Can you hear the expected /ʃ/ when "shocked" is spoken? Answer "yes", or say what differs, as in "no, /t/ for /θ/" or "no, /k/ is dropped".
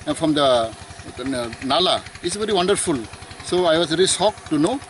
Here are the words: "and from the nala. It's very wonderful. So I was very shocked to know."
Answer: no, /s/ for /ʃ/